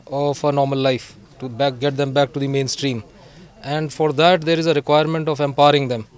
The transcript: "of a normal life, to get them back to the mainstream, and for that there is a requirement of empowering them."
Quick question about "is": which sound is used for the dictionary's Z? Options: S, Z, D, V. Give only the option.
Z